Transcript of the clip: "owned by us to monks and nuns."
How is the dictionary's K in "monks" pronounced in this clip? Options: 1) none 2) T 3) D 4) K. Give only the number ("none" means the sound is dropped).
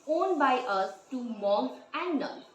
1